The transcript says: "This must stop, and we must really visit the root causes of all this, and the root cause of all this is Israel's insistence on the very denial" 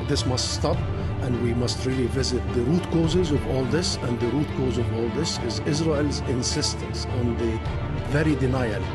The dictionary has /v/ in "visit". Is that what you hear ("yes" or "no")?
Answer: yes